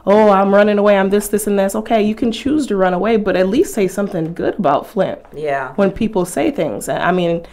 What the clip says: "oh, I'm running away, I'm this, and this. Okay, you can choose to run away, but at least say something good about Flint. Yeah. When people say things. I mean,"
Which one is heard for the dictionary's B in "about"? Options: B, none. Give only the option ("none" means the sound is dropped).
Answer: B